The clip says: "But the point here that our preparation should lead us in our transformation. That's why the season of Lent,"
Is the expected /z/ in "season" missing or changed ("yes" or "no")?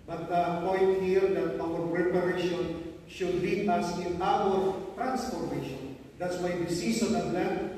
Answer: yes